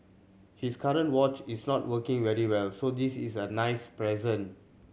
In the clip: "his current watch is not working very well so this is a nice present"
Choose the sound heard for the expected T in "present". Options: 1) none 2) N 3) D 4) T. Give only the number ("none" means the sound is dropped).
1